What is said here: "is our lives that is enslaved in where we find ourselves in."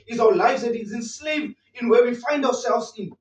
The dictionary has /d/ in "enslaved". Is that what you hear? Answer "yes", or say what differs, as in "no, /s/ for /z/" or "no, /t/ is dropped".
no, /d/ is dropped